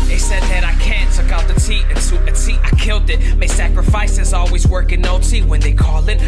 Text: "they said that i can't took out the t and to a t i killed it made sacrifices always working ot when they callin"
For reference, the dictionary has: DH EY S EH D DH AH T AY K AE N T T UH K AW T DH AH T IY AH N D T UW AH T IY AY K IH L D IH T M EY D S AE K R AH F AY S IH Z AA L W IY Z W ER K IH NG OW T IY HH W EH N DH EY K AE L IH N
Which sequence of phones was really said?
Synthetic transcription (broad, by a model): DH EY S EH D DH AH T AY K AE N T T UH K AW T DH AH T IY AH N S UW AH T IY AY K IH L D IH T M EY S AE K R AH F AY S IH Z AA L W IY Z W ER K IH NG OW T IY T W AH N DH EY K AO L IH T